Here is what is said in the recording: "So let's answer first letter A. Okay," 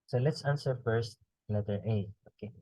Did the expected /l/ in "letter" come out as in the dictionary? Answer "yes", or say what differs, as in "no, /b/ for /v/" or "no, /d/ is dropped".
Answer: no, /n/ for /l/